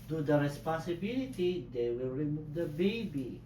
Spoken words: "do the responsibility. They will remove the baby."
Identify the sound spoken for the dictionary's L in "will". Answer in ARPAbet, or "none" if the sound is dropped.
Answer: W